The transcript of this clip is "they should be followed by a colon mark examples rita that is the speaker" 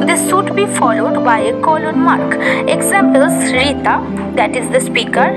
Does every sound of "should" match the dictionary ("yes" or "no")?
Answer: no